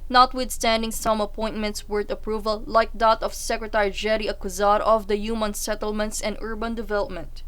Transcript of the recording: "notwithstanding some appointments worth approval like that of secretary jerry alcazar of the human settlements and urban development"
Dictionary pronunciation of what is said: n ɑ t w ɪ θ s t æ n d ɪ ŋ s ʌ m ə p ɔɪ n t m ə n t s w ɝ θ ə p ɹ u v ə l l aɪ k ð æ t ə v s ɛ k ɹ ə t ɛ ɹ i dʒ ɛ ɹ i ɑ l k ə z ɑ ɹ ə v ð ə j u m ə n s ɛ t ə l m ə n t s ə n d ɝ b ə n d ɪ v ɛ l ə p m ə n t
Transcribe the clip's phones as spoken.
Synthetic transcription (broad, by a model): n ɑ t w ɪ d s t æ n d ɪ ŋ s ʌ m ə p ɔɪ n t m ə n t s w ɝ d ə p ɹ u v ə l l aɪ k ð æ t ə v s ɛ k ɹ ə t ɛ ɹ i dʒ ɛ ɹ i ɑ k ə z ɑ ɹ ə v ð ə j u m ə n s ɛ t ə l m ə n t s ə n d ɝ b ə n d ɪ v ɛ l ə p m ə n t